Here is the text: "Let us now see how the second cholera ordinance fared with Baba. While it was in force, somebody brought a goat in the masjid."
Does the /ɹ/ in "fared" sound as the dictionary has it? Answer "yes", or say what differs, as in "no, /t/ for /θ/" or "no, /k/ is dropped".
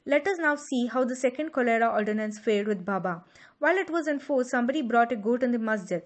no, /l/ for /ɹ/